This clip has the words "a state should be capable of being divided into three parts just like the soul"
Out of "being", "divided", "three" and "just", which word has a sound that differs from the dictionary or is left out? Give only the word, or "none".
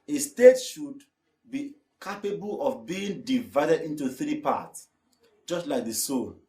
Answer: none